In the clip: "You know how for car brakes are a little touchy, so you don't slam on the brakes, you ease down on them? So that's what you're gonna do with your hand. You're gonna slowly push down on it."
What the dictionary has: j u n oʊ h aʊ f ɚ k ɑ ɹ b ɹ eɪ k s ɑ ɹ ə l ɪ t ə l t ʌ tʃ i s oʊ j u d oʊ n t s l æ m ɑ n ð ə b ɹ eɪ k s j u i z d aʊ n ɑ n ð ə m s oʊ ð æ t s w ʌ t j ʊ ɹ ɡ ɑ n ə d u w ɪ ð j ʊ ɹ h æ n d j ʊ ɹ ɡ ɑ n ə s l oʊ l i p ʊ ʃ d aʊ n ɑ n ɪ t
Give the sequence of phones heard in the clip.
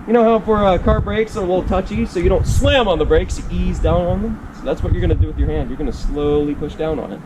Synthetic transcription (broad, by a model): j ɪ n oʊ h aʊ f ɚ k ɑ ɹ b ɹ eɪ k s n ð ə w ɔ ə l t ʌ tʃ i s oʊ j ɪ d oʊ n t s l æ m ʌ n ð ə b ɹ eɪ k s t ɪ i z d aʊ n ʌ n ð ə m s oʊ ð æ t s w ʌ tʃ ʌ ɹ ɡ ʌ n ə d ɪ w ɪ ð j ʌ ɹ h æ n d j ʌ ɹ ɡ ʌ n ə s l oʊ l i p ʊ ʃ d aʊ n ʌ n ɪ t